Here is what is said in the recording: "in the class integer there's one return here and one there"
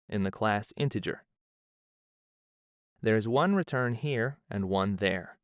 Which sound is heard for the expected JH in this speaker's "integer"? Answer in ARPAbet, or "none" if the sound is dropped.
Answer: JH